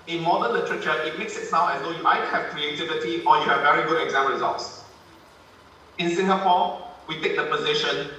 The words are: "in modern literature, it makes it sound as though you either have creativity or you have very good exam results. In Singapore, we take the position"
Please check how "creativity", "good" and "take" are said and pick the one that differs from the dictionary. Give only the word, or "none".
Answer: none